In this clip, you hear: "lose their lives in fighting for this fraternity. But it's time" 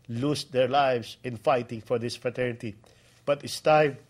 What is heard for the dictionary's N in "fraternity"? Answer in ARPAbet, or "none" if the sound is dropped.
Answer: N